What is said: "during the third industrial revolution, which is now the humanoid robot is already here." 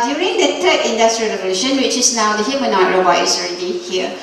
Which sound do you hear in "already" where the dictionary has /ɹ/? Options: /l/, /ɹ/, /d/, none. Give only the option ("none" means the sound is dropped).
/ɹ/